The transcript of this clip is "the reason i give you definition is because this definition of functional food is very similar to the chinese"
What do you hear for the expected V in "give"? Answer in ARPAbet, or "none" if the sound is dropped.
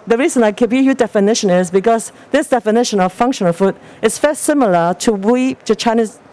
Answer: B